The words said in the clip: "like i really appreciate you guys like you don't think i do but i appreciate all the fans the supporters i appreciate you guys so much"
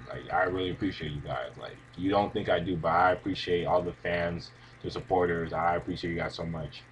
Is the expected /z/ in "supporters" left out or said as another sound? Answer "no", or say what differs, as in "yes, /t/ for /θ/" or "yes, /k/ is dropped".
no